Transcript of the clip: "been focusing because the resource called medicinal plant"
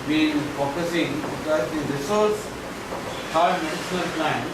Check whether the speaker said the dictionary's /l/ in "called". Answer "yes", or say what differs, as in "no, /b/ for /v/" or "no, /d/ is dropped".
no, /l/ is dropped